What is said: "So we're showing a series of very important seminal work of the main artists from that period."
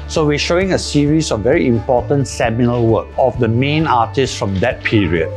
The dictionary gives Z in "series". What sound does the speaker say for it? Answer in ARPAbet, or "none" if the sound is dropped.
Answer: S